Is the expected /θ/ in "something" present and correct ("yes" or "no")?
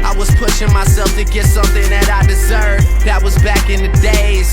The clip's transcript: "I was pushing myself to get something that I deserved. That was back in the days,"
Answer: yes